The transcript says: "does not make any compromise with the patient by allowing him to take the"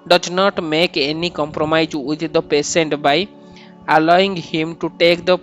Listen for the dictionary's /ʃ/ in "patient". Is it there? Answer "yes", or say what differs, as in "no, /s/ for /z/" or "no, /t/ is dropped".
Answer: no, /s/ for /ʃ/